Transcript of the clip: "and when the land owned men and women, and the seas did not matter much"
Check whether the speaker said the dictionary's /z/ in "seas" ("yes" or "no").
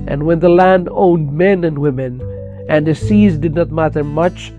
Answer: yes